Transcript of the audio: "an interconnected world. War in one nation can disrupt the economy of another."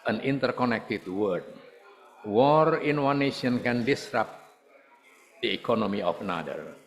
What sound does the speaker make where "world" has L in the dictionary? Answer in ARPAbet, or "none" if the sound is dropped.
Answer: none